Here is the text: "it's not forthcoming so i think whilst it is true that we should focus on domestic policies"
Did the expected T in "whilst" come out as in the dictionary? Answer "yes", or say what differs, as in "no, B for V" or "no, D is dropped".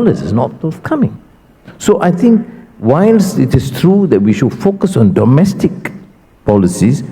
no, T is dropped